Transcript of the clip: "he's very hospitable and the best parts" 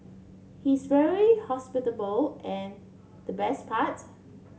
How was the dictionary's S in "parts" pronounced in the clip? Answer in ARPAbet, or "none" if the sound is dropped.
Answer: none